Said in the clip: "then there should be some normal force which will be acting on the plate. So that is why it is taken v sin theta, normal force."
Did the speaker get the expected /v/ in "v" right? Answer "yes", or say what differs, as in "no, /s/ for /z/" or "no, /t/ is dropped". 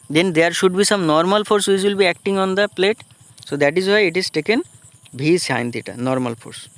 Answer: no, /b/ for /v/